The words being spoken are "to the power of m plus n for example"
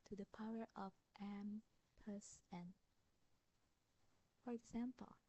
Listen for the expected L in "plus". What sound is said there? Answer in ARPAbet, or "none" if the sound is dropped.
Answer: none